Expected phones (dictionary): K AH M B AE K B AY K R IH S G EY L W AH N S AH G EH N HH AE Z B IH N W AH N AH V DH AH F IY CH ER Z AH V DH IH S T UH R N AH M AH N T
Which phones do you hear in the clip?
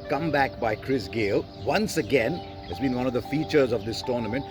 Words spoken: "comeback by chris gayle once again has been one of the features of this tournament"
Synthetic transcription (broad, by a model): K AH M B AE K B AY K R IH S G EY L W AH N S AH G EH N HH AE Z B IH N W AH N AH V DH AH F IY CH ER Z AH V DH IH S T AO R N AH M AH N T